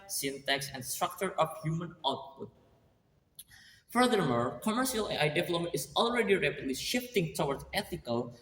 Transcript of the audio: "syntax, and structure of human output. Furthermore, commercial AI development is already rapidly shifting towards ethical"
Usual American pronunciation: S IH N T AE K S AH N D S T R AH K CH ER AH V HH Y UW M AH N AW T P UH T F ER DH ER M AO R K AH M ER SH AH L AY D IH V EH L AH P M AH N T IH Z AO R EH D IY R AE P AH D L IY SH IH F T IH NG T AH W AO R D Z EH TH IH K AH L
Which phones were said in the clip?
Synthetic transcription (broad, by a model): S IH N T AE K S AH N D S T R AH K CH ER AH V HH Y UW M AH N AW T P UH T F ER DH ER M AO R K AH M ER SH AH L AY D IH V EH L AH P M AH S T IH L R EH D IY R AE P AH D L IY SH IH F T IH NG T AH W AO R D EH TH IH K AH L